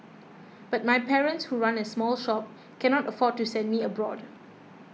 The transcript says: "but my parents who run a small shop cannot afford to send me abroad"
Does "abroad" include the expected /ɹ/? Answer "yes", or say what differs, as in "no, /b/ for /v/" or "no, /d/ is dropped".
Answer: yes